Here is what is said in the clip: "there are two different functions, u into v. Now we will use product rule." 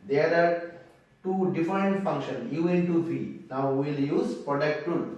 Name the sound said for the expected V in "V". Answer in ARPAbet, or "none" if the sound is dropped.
F